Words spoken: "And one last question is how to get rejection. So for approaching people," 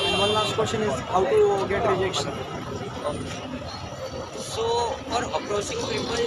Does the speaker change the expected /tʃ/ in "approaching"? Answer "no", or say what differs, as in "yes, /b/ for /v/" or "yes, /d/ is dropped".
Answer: yes, /s/ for /tʃ/